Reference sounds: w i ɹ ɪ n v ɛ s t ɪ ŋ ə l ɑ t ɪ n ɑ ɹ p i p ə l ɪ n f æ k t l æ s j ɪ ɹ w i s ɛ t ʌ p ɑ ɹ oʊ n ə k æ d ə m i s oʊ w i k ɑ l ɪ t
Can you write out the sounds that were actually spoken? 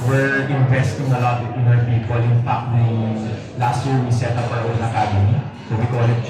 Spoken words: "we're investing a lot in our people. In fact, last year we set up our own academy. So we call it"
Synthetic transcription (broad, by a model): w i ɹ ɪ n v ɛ s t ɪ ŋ ə l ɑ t ɪ n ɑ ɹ p i p ə l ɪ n p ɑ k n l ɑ s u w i s ɛ t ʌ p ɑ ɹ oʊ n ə k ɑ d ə m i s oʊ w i k ɑ l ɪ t